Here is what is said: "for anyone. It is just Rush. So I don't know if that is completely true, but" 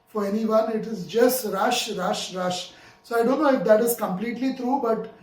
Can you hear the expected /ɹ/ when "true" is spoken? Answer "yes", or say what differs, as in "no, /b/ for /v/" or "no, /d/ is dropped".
yes